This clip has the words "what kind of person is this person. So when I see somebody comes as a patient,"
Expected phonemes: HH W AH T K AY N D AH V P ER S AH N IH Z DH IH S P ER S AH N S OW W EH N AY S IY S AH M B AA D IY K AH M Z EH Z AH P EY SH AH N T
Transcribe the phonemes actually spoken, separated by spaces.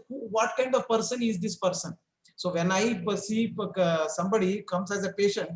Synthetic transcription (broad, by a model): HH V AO T K AY N D AH V P ER S AH N IH Z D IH S P ER S AH N S OW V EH N AY S IY S AH M B AA D IY K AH M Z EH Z AH P EY SH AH N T